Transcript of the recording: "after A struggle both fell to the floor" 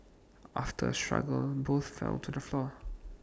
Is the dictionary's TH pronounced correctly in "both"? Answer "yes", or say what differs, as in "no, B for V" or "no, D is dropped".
yes